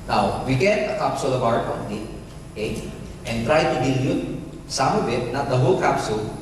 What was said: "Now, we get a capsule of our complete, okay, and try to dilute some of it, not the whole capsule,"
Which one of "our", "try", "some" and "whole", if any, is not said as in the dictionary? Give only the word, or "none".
our